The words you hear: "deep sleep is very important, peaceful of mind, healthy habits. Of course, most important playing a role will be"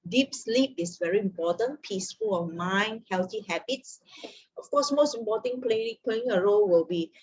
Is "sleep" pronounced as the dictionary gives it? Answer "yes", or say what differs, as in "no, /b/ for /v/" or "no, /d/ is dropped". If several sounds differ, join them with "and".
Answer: yes